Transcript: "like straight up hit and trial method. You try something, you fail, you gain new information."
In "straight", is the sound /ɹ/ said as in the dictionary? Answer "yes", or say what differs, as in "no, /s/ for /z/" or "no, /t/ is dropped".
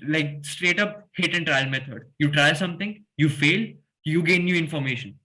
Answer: yes